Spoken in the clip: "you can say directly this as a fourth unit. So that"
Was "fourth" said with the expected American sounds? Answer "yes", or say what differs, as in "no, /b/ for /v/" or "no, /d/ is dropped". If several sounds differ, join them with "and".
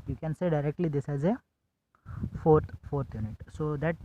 no, /f/ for /θ/